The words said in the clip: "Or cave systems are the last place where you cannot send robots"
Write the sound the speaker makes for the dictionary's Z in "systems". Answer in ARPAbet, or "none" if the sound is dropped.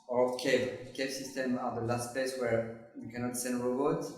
none